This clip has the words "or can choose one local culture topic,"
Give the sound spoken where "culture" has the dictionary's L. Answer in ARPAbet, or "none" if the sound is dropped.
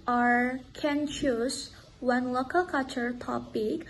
none